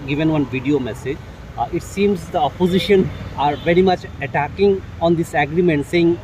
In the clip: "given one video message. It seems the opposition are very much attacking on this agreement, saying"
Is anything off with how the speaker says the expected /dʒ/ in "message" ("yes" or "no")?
no